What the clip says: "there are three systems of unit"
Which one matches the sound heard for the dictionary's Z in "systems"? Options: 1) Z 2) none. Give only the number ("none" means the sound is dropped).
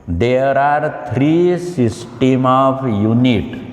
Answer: 2